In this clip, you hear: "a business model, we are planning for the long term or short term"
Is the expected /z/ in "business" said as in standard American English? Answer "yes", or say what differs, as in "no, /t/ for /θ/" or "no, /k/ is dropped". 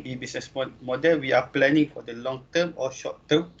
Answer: no, /s/ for /z/